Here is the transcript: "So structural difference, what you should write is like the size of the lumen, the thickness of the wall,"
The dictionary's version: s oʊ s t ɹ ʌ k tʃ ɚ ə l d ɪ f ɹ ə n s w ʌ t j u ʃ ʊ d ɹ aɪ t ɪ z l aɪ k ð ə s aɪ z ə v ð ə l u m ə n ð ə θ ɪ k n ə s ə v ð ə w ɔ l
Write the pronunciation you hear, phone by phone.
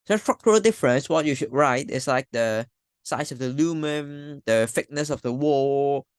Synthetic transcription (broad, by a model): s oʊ s t ɹ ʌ k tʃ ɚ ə l d ɪ f ɹ ə n s w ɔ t j u ʃ ʊ d ɹ aɪ t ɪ s l aɪ k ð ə s aɪ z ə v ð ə l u m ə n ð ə f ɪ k n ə s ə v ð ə w ɔ